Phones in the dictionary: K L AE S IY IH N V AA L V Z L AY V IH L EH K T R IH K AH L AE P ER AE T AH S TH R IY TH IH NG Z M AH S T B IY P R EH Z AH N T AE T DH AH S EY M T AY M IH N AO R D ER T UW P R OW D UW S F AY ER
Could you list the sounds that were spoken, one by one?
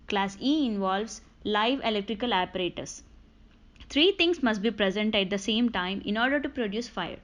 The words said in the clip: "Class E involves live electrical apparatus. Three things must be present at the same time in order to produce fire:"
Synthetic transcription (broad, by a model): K L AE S IY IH N V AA L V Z L AY V IH L EH K T R IH K AH L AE P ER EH T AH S T R IY T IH NG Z M AH S T B IY P R EH Z AH N T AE T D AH S EY M T AY M IH N AO R D ER T UW P R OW D UW S F AY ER